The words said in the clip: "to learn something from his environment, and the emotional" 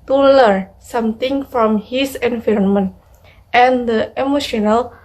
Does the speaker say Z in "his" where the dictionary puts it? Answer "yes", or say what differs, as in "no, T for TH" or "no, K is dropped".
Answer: no, S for Z